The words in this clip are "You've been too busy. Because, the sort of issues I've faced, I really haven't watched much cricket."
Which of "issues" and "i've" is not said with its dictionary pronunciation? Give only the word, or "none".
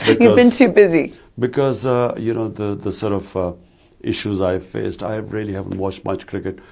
none